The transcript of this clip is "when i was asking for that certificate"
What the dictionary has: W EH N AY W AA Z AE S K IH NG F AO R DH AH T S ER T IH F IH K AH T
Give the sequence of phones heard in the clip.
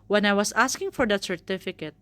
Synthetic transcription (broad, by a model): W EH N AY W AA S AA S K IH NG F AO R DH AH T S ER T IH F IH K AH T